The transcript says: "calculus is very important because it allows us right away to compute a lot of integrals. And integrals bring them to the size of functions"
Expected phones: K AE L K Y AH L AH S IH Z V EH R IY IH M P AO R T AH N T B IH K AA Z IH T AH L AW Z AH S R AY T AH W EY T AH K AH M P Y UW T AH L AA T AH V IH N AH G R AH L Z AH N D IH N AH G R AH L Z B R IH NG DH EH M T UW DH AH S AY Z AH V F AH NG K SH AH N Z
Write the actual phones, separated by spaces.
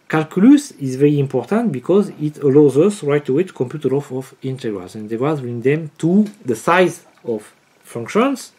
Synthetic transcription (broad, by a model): K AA L K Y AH L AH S IH Z V EH R IY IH M P AO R T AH N T B IH K AA Z IH T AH L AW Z AH S R AY T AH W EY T K AH M P Y UW T AH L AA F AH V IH N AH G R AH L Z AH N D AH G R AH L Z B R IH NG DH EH M T UW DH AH S AY Z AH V F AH NG K SH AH N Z